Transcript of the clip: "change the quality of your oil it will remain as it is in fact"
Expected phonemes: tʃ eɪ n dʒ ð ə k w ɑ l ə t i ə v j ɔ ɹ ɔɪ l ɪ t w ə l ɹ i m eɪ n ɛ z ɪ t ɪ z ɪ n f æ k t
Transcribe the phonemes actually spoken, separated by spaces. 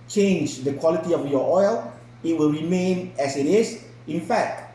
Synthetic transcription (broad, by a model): tʃ eɪ n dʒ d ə k w ɑ l ə t i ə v j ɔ ɔɪ l ɪ t w ə l ɹ i m eɪ n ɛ s ɪ t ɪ s ɪ n f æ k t